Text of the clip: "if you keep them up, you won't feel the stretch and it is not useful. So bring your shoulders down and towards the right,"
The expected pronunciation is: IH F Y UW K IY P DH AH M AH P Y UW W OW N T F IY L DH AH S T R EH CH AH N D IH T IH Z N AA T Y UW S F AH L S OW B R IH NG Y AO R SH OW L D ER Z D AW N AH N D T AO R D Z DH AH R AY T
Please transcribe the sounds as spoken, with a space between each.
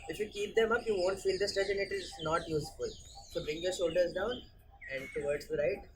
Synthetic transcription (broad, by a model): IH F Y UW K IY P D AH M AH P Y UW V OW N T F IY L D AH S T EH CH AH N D IH T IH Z N AA T Y UW S F AH L S OW B R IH NG Y AO R SH OW L D ER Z D AW N AH N D T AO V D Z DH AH R AY T